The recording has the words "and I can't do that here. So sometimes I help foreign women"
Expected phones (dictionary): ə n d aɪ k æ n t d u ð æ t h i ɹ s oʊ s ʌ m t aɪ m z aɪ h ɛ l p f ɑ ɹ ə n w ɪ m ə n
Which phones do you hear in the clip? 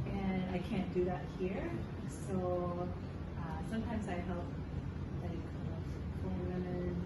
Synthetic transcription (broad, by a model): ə n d aɪ k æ n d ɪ ð æ t h i ɹ s oʊ s ʌ m t aɪ m z aɪ h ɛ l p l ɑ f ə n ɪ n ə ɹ